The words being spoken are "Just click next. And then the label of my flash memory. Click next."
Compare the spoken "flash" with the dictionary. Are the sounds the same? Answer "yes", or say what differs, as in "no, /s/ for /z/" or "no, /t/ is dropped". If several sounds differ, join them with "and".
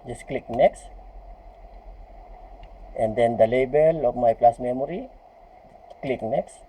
no, /p/ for /f/ and /s/ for /ʃ/